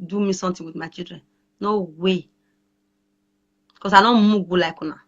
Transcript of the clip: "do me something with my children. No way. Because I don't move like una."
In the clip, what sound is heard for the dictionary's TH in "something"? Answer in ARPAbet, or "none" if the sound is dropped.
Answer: T